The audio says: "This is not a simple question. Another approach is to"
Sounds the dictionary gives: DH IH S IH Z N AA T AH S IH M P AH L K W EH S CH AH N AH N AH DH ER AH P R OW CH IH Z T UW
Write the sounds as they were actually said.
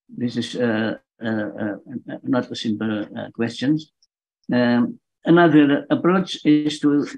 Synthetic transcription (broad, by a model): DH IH S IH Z N AA T AH S IH M P AH L K W EH S CH AH N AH N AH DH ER AH P R OW CH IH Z T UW